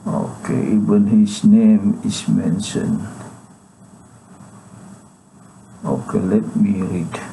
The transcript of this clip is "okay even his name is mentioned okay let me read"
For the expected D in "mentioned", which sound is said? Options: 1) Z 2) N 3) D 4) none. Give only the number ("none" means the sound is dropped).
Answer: 4